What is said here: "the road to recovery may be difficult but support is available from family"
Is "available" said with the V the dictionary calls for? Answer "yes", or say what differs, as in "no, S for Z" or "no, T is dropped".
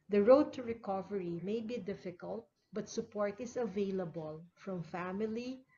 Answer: yes